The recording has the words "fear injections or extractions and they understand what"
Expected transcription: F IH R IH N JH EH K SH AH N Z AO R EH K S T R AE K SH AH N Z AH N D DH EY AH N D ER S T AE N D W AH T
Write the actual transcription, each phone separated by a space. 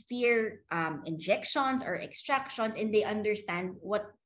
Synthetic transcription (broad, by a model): F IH R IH N JH EH K SH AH N S AO R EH K S T R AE K SH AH N S AH N D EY AH N D ER S T AE N D W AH T